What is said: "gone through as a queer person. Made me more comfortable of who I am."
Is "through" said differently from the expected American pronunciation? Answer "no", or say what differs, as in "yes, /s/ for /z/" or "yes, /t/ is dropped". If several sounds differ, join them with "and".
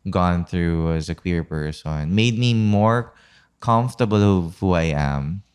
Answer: no